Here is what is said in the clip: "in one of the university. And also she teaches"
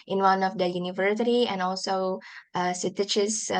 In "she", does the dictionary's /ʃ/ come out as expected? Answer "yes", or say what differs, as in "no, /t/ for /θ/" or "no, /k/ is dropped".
no, /s/ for /ʃ/